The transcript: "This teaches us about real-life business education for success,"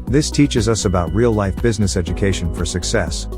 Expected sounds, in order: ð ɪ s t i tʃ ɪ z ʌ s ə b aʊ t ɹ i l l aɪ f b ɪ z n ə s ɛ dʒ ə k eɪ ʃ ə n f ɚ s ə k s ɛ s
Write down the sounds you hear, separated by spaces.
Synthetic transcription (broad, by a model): ð ɪ s t i tʃ ɪ z ʌ s ə b aʊ t ɹ i l l aɪ f b ɪ z n ə s ɛ dʒ ə k eɪ ʃ ə n f ɚ s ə k s ɛ s